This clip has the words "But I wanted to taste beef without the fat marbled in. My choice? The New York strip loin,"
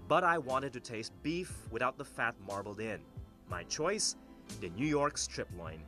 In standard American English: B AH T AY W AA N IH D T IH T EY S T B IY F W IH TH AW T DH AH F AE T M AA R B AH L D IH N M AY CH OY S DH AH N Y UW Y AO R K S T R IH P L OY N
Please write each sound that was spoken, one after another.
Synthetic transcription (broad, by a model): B AH T AY W AA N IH D T IH T EY S T B IY F W IH TH AW T DH AH F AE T M AA R B L D IH N M AY CH OY S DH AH N Y UW Y AO R K S T R IH P L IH N